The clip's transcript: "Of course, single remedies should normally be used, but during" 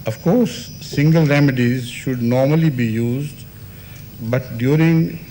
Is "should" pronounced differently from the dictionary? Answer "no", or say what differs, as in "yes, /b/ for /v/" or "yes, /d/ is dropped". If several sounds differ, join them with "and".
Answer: no